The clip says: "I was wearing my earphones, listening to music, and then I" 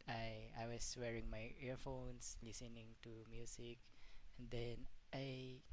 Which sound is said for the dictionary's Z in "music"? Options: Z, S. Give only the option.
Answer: S